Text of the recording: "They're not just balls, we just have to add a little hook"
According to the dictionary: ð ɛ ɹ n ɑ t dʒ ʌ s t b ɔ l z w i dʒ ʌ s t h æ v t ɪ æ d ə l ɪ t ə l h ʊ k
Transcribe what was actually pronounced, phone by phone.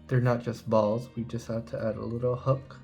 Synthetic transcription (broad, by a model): ð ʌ ɹ n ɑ t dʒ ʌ s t b ɔ l z w i dʒ ʌ s t h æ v t ɪ æ d ə l ɪ t l h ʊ k